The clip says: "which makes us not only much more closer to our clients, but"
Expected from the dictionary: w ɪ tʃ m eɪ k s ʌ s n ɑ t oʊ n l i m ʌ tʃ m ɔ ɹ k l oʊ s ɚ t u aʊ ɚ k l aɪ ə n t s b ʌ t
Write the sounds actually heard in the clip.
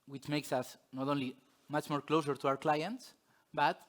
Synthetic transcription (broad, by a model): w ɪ tʃ m eɪ k s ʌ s n ɑ t oʊ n l i m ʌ tʃ m ɔ ɹ k l oʊ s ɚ t u aʊ ɚ k l aɪ ə n t s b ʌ t